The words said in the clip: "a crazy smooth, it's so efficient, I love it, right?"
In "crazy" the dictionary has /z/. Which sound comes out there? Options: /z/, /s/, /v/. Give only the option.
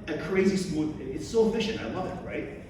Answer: /z/